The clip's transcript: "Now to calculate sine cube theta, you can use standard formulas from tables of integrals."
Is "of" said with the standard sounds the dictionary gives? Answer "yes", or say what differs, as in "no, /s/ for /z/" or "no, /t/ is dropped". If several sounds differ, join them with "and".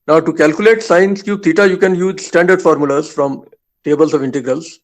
yes